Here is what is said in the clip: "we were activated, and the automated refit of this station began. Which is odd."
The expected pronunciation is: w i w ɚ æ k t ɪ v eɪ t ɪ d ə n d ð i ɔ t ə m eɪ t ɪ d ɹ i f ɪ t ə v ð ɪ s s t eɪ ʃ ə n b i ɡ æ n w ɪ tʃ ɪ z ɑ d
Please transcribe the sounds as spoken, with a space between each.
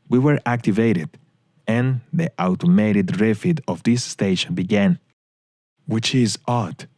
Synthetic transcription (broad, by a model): w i w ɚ æ k t ɪ v eɪ t ɪ d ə n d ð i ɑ t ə m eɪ t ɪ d ɹ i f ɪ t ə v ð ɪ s s t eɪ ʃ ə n b i ɡ æ n w ɪ tʃ ɪ z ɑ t